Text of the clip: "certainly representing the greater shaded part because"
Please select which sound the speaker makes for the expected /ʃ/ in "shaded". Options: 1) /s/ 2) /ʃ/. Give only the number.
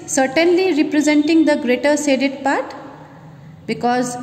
1